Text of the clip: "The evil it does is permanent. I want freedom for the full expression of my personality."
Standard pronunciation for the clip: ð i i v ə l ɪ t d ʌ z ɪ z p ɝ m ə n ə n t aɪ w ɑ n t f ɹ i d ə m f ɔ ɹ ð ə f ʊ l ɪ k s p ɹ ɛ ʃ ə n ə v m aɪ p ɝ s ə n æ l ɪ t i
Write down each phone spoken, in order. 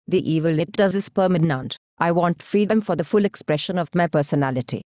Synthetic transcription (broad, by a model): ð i i v ə l ɪ t d ʌ z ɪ s p ɝ m ə n ə n t aɪ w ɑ n t f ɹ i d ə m f ɔ ɹ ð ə f ʊ l ɪ k s p ɹ ɛ ʃ ə n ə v m aɪ p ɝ s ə n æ l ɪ t i